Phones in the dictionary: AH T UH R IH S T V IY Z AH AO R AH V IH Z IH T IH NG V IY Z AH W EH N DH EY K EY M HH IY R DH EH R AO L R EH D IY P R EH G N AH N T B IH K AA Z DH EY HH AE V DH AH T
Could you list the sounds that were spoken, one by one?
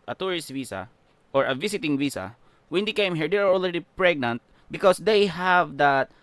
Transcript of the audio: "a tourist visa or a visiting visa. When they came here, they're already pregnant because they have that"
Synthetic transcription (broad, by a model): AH T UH R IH S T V IY S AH AO R AH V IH S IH T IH NG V IY S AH W EH N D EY K EY M HH IY R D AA R AO L R EH D IY P R EH G N AH N T B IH K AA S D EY HH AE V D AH T